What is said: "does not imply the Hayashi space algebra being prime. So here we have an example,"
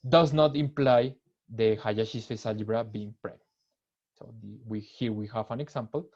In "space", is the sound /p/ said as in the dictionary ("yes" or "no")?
no